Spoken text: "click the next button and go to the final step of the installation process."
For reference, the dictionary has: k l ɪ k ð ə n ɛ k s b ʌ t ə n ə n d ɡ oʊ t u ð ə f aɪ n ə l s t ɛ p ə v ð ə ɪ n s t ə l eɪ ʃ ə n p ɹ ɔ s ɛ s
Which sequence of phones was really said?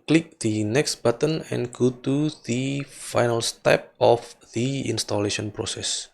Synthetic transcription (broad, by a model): k l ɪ k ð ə n ɛ k s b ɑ t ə n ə n ɡ oʊ t u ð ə f aɪ n ə l s t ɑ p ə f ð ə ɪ n s t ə l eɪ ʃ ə n p ɹ ɔ s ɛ s